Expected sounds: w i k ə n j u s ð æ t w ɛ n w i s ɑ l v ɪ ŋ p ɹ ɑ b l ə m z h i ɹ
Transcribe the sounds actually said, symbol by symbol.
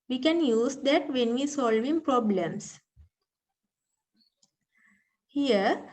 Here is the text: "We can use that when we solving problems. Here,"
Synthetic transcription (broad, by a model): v i k ə n j u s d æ t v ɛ n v i s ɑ l v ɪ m p ɹ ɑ b l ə m s h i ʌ